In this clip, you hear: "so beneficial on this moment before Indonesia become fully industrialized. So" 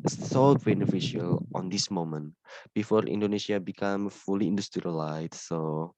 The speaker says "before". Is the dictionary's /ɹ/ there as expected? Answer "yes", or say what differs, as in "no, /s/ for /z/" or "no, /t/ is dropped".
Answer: yes